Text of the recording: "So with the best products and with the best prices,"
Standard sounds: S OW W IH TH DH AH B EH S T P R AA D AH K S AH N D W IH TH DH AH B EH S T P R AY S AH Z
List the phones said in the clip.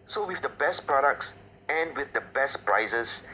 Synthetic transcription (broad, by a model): S OW W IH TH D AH B EH S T P R AA D AH K S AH N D W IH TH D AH B EH S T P R AY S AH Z